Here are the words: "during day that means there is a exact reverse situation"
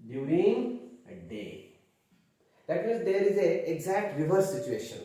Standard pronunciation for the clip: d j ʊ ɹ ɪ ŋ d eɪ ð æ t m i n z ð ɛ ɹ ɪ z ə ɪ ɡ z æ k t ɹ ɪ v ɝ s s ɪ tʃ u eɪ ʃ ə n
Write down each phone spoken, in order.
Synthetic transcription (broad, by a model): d j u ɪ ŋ d eɪ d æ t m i z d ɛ ɹ ɪ z ə ɪ ɡ z æ k t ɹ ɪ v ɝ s s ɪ tʃ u eɪ ʃ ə n